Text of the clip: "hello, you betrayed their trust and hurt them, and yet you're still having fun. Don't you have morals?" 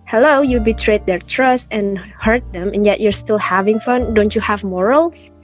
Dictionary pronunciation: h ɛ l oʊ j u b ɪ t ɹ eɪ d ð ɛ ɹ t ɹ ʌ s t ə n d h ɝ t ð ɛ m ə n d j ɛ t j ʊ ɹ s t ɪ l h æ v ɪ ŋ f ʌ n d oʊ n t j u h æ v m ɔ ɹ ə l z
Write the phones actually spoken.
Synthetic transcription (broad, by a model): h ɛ l oʊ j u b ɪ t ɹ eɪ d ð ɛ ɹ t ɹ ʌ s t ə n h ɝ t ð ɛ m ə n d j ɛ t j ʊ ɹ s t ɪ l h æ v ɪ ŋ f ʌ n d oʊ n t j u h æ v m ɔ ɹ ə l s